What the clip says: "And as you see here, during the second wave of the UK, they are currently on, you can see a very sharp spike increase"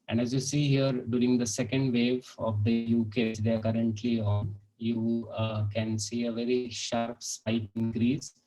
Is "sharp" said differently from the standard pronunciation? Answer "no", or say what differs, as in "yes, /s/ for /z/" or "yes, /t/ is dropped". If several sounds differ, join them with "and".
no